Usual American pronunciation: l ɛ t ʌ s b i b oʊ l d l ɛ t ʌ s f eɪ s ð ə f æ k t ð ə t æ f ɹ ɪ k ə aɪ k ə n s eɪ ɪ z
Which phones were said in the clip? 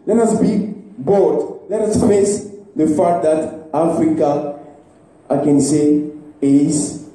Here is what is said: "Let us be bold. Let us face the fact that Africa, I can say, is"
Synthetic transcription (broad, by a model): l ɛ t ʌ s b i b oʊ d l ɛ t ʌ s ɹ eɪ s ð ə f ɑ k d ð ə t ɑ f ɹ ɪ k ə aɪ k ə n s eɪ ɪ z